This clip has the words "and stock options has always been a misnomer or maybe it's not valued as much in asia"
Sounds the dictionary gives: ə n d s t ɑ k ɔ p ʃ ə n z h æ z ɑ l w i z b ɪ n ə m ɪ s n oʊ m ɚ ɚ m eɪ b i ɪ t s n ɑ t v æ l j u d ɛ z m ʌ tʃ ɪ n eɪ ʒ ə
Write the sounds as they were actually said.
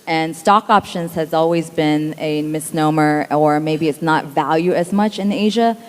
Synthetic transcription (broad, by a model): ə n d s t ɑ k ɔ p ʃ ə n z h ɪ z ɑ l w i z b ɪ n ə m ɪ s n oʊ m ɚ ɚ m eɪ b i ɪ t s n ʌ t v æ l j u ɪ z m ʌ tʃ ɪ n eɪ ʒ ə